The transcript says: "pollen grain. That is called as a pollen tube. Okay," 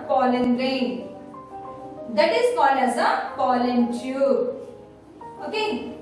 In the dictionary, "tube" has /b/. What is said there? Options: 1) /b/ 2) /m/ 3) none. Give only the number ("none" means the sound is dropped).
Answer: 3